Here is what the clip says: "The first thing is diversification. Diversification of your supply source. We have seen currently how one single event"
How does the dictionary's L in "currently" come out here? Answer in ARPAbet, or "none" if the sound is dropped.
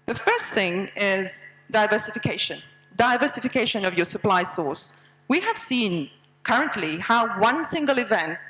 L